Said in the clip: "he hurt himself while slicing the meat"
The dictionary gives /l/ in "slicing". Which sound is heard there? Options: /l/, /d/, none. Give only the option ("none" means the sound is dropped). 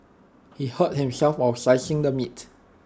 none